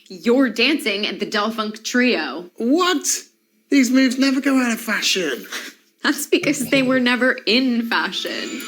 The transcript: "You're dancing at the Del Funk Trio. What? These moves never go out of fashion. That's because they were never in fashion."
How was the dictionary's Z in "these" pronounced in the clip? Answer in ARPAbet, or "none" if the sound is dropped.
Z